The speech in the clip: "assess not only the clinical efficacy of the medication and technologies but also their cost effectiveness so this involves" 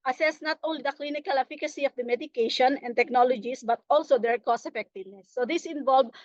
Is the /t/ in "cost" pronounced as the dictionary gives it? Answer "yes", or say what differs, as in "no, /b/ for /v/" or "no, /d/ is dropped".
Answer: no, /t/ is dropped